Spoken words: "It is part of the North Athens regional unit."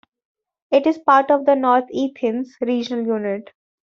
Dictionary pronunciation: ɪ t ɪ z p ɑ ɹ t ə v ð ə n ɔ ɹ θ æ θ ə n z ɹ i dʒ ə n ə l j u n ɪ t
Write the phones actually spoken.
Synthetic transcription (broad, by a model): ɪ t ɪ z p ɑ ɹ t ə v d ə n ɔ ɹ t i t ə n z ɹ i dʒ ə n ə l j u n ɪ t